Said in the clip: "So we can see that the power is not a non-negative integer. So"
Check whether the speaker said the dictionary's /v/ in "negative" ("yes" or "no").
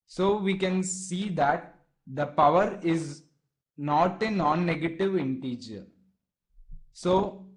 yes